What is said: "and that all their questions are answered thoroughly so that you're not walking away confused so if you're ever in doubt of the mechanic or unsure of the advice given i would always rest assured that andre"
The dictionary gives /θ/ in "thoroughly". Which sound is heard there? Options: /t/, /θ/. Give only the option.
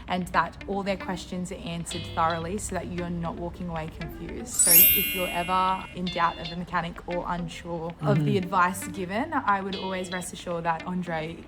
/θ/